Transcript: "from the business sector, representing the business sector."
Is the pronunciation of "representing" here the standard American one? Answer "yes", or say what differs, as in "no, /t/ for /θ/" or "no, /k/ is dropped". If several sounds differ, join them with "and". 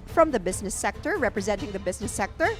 yes